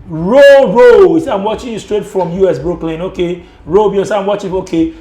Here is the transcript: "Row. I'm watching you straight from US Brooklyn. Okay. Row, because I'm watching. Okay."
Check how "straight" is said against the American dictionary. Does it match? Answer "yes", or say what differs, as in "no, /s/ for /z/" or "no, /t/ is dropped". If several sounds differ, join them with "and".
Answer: yes